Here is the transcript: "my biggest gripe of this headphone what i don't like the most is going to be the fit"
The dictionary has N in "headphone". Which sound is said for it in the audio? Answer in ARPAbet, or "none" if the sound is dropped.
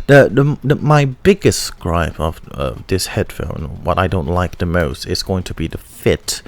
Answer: L